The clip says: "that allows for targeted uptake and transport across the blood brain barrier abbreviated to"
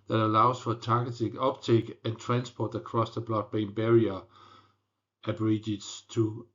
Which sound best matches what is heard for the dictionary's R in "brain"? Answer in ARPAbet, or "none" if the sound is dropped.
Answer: none